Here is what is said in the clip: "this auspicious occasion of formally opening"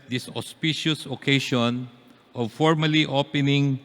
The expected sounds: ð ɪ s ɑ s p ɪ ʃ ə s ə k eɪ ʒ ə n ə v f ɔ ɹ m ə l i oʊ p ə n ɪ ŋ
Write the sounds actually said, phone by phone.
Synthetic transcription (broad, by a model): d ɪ s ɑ s p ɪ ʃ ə s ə k eɪ ʃ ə n ə v f ɔ ɹ m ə l i oʊ p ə n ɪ ŋ